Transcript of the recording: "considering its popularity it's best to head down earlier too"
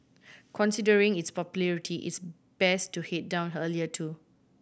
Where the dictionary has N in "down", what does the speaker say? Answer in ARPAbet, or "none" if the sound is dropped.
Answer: N